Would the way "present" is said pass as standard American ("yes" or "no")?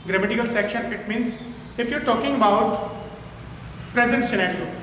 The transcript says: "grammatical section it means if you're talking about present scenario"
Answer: yes